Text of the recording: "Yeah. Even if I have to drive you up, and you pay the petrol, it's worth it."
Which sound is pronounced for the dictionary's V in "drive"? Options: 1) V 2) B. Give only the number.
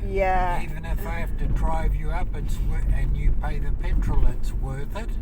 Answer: 1